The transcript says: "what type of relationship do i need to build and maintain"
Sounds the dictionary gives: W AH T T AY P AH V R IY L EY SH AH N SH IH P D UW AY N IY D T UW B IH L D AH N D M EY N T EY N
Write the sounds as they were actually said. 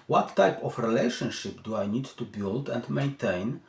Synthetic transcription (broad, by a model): W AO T T AY P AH F R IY L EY SH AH N SH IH P D UW AY N IY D T UW B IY L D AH N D M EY N T EY N